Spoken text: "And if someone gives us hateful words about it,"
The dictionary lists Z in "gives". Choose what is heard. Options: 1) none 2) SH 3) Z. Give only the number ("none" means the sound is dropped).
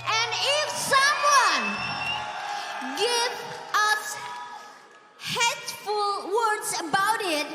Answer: 1